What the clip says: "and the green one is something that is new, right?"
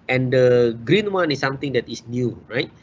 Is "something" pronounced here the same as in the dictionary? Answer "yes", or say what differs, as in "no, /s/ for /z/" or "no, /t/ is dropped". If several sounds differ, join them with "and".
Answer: no, /t/ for /θ/